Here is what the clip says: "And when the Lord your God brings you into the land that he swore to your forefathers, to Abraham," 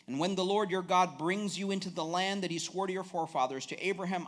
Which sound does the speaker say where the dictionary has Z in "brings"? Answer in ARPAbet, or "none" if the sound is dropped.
Z